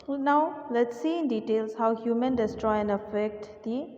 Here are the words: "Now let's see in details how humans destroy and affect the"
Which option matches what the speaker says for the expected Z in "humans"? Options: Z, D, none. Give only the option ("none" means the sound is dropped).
none